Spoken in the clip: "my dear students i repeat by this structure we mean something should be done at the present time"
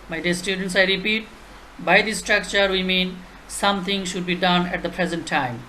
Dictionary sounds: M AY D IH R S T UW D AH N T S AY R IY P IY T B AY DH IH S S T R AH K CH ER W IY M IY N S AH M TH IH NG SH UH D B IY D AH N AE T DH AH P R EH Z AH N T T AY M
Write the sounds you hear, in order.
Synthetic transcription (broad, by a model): M AY D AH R S T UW D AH N T S AY R IY P IY T B AY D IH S S T R AH K CH ER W IY M IY N S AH M T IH NG SH UH D B IY D AH N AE T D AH P R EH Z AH N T T AY M